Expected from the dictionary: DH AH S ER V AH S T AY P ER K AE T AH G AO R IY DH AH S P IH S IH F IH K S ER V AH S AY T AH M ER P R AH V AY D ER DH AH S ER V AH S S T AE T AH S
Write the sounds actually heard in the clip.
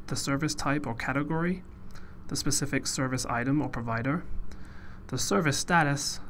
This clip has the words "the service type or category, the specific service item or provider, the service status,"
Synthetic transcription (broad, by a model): DH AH S ER V AH S T AY P ER K AE T AH G AO R IY DH AH S P IH S IH F IH K S ER V AH S AY T AH M ER P R AH V AY D ER DH AH S ER V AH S S T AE T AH S